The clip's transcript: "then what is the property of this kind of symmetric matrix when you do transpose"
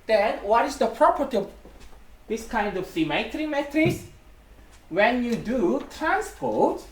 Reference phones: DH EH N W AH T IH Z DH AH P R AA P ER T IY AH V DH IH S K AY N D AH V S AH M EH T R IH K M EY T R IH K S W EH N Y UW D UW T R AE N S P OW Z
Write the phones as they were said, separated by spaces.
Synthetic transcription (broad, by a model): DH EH N W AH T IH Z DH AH P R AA P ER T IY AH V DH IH S K AY N D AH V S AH M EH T R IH M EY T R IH S W EH N Y UW D UW T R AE N S P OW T